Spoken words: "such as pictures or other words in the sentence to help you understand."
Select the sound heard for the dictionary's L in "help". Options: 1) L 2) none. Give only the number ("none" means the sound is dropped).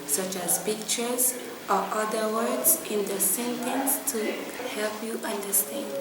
1